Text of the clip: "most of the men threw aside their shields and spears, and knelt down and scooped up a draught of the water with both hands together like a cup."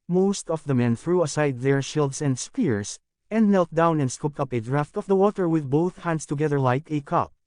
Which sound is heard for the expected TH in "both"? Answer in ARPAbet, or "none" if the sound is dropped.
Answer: TH